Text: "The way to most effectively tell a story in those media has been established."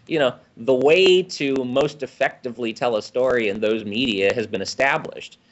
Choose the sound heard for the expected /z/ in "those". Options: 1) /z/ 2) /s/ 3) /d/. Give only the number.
1